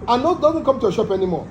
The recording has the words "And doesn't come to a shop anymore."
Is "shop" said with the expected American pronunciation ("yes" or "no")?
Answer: yes